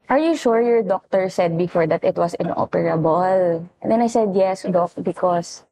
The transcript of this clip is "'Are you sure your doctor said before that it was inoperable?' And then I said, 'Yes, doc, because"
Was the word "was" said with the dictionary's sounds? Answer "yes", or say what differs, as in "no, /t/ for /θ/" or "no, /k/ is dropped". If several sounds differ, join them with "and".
no, /s/ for /z/